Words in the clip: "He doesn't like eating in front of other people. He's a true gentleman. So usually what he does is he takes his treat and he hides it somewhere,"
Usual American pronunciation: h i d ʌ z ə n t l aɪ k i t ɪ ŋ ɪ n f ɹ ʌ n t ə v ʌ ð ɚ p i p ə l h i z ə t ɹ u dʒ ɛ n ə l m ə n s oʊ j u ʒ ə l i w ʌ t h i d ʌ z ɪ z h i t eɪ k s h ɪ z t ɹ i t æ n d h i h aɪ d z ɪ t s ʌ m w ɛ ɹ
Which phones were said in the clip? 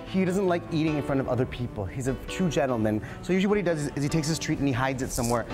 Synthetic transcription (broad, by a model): h i d ʌ z ə n t l aɪ k i t ɪ ŋ ɪ n f ɹ ʌ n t ə v ʌ ð ɚ p i p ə l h i z ə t u dʒ ɛ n l m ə n s oʊ j u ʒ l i w ʌ t h i d ʌ z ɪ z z i t eɪ k s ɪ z t ɹ i t n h i h aɪ d z ɪ t s ʌ m w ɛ ɹ